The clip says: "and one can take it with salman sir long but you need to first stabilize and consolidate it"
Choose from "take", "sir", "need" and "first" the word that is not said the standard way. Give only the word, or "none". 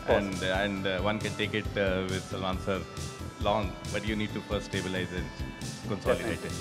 first